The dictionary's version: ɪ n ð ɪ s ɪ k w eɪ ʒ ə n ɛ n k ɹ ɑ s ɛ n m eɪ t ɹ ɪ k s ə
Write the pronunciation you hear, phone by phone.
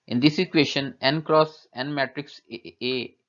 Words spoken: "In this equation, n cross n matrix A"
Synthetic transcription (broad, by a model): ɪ n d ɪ s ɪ k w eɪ ʃ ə n ɛ n k ɹ ɑ s ɛ n m eɪ t ɹ ɪ k s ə